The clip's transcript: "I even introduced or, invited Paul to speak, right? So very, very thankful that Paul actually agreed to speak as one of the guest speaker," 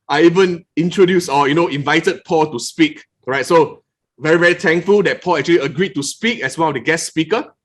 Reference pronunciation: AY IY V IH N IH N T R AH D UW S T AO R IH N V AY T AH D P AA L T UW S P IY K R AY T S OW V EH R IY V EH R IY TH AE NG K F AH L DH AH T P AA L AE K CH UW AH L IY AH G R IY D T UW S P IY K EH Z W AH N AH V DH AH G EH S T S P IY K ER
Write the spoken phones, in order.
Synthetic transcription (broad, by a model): AY IY V IH N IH N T R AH D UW S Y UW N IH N V AY T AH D P AA L T UW S P IY K R AY T S OW V EH R IY V EH R IY T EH NG K F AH L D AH T P AA L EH K CH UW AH L IY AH G R IY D T UW S P IY K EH S W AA N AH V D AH G EH S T S P IY K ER